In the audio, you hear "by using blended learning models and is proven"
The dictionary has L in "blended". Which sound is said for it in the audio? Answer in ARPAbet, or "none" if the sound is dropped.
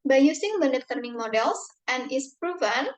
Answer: none